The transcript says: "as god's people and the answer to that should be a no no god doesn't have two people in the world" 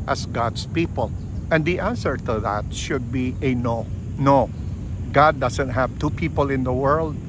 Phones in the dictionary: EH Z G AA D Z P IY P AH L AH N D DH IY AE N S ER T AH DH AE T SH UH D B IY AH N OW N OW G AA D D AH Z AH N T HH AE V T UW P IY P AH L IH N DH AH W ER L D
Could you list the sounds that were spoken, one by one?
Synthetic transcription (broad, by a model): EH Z G AA D S P IY P AH L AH N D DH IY AE N S ER T AH DH AE T SH UH D B IY AH N OW N OW G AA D D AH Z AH N T HH AE V T UW P IY P AH L IH N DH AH W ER L D